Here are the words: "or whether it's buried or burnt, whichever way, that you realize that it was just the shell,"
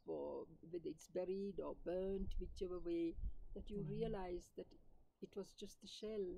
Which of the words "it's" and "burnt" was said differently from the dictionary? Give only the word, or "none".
none